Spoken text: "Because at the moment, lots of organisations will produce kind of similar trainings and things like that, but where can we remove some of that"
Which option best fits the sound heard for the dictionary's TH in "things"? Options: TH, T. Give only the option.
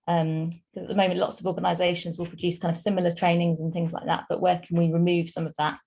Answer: TH